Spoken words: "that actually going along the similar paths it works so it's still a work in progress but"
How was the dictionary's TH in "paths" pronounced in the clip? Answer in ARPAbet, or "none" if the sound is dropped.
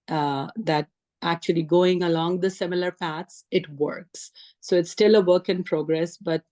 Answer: T